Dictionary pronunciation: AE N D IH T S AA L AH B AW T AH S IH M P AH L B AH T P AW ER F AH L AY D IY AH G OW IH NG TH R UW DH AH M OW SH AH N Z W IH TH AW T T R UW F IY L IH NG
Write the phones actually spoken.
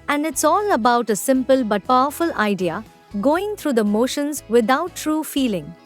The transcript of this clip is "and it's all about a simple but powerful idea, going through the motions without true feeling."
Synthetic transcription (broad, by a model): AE N D IH T S AA L AH B AW T AH S IH M P AH L B AH T P AW ER F AH L AY D IY AH G OW IH NG T R UW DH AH M OW SH AH N Z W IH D AW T T R UW F IY L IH NG